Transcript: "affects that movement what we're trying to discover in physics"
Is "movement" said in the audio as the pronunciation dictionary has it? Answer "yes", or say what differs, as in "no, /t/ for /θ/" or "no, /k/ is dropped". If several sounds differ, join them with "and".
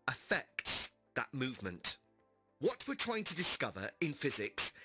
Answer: yes